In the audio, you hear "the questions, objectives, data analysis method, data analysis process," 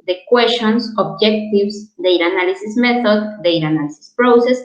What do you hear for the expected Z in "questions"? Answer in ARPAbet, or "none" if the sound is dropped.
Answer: S